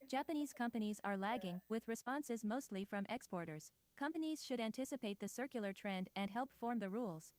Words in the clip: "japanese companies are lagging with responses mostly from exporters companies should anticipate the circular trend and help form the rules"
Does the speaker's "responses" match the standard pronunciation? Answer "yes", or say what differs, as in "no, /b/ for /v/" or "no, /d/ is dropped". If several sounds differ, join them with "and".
yes